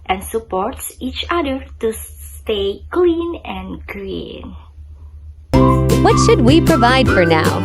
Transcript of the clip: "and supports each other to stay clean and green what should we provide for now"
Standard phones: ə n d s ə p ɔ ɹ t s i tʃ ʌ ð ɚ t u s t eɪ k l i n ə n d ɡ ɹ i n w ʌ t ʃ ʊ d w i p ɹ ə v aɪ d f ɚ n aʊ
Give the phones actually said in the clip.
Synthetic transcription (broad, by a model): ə n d s ə p ɔ ɹ t s i tʃ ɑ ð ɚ t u s t eɪ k l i n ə n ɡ ɹ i n w ʌ t ʃ ʊ d w i p ɹ ə v aɪ d f ɚ n aʊ